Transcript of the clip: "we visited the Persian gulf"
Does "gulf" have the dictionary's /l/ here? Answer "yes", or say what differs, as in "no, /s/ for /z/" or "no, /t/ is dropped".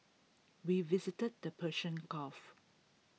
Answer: no, /l/ is dropped